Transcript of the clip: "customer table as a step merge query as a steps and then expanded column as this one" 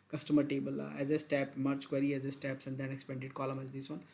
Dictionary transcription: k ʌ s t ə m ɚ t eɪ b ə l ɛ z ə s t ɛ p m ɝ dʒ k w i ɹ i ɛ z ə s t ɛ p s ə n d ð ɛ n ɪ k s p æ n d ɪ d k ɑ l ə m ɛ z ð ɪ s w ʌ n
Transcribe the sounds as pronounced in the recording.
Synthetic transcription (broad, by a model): k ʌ s t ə m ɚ t eɪ b ə l ɛ z ə s t ɛ p m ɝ tʃ k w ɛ ɹ i ɛ z ə s t ɛ p s ə n d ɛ n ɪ k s p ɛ n d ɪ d k ɑ l ə m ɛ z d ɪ s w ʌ n